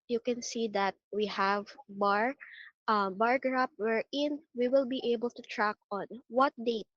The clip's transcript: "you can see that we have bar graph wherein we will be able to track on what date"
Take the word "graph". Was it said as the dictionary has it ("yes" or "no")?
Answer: no